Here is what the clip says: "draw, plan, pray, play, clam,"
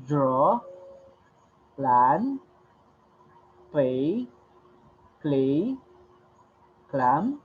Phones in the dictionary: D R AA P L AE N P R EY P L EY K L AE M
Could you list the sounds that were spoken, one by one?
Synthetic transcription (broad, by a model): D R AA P L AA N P EY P L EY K L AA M